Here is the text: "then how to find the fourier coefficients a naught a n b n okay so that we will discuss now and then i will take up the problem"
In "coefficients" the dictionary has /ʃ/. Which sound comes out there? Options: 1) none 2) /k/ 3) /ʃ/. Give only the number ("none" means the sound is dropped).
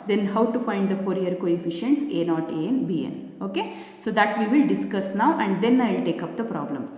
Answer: 3